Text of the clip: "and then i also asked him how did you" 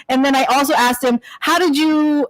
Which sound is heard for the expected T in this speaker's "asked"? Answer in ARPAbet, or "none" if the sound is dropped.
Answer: T